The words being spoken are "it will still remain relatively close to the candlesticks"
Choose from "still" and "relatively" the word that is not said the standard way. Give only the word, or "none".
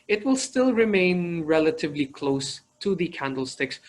none